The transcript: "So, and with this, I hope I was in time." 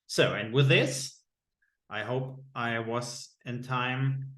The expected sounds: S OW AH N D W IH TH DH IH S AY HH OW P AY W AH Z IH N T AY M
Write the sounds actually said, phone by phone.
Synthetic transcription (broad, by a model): S OW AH N W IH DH IH S AY HH OW P AY W AH Z IH N T AY M